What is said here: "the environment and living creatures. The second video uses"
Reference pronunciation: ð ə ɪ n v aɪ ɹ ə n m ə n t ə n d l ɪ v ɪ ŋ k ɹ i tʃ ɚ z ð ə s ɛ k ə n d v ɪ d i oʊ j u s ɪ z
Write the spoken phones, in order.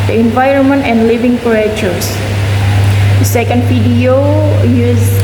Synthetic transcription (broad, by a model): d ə ɪ n v aɪ ɹ ə n m ə n t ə n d l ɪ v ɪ ŋ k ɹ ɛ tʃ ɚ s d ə s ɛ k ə n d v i d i oʊ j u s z